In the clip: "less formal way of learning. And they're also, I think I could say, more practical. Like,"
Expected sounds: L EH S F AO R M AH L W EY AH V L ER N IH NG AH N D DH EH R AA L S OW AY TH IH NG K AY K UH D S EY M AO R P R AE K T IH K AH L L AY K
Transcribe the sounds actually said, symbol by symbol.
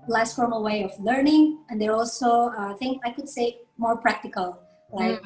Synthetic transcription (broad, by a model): L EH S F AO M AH W EY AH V L ER N IH NG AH N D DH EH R AA L S OW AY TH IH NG AY K UH D S EY M AO R P R AE K T IH K AH L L AY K